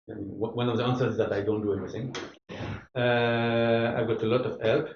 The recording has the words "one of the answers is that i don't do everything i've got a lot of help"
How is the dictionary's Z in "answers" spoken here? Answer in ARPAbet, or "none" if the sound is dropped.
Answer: none